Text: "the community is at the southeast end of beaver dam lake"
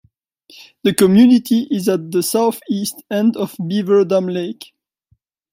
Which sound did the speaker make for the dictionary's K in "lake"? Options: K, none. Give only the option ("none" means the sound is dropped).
K